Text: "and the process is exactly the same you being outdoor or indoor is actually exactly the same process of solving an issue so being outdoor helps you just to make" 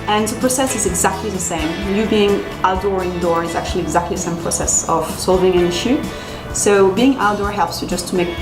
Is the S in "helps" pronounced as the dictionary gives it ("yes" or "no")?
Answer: yes